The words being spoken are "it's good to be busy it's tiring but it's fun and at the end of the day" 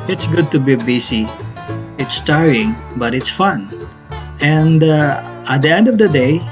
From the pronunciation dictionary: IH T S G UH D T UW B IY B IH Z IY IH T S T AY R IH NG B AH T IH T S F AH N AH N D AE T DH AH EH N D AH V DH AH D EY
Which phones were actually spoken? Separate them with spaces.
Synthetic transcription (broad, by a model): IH T S G UH D T UW B IY B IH S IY IH T S T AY R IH NG B AH T IH T S F AH N AH N D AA T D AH EH N D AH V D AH D EY